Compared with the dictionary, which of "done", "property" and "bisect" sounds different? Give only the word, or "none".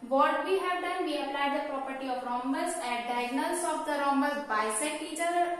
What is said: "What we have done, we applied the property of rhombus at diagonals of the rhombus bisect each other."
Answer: bisect